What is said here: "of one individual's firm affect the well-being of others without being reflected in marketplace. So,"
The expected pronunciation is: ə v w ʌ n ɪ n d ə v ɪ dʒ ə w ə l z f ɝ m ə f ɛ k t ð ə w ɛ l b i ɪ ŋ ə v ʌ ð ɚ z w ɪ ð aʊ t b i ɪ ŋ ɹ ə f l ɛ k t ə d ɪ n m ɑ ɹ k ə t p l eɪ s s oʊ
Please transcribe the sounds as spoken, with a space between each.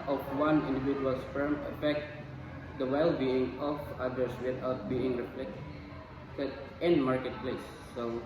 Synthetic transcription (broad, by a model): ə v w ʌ n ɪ n d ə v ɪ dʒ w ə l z f ɝ m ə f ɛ k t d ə w ɛ l b i ɪ ŋ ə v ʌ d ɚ s w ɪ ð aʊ t b i ɪ ŋ ɹ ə p l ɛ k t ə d ɪ n m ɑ ɹ k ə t p l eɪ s s oʊ